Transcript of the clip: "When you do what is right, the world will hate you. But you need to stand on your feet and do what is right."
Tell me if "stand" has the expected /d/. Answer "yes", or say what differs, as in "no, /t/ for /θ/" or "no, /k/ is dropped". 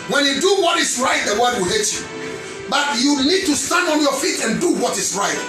yes